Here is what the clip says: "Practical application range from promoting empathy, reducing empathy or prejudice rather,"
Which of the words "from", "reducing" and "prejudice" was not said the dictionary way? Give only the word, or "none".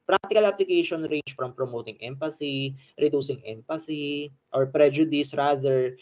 none